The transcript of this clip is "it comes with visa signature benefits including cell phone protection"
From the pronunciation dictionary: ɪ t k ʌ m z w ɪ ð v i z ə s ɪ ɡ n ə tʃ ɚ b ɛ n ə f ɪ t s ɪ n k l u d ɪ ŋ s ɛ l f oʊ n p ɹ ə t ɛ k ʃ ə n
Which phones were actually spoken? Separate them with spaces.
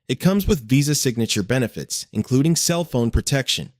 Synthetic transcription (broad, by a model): ɪ t k ʌ m z w ɪ ð v i z ə s ɪ ɡ n ə tʃ ɚ b ɛ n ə f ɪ t s ɪ n k l u d ɪ ŋ s ɛ l f oʊ n p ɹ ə t ɛ k ʃ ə n